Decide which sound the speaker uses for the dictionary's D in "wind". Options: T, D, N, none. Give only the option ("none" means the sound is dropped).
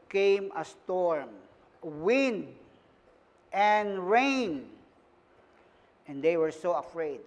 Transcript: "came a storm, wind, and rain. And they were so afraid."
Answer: D